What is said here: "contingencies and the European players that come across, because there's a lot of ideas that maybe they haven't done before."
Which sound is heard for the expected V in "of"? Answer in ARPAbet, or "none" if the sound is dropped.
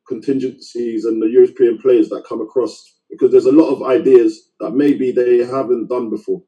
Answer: V